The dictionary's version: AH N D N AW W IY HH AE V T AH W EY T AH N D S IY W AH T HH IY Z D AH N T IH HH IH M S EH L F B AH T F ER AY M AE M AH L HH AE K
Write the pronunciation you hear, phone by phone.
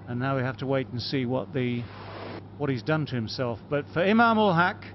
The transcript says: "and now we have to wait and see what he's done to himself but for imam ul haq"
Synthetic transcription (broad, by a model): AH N N AW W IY HH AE F T AH W EY T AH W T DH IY W AH T HH IY Z D AH N T IH HH IH M S EH L F B AH T F ER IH M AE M AH L HH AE K